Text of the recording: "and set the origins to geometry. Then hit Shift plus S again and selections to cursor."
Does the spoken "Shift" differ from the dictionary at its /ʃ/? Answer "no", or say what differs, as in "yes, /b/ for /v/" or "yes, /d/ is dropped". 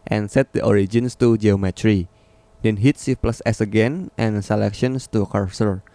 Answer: yes, /s/ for /ʃ/